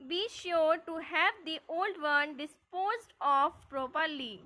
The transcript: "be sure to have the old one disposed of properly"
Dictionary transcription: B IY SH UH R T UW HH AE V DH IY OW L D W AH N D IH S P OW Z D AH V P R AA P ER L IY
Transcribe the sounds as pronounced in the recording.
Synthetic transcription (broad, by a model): B IY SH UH R T UW HH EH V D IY OW L D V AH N D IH S P OW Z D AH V P R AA P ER L IY